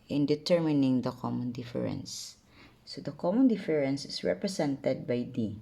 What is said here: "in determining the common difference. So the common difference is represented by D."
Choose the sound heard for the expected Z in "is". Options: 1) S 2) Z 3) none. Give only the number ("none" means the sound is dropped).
1